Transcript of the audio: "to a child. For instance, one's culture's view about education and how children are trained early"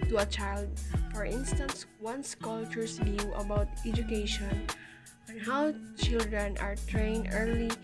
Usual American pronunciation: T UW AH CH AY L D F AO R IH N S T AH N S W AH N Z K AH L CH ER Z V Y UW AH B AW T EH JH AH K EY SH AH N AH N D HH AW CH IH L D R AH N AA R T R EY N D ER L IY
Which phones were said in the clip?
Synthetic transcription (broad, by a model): T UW AH CH AY L D F AO R IH N S T AH N S W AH N S K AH L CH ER S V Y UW AH B AW T EH JH AH K EY SH AH N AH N HH AW CH IH L D R AH N AA R T R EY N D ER L IY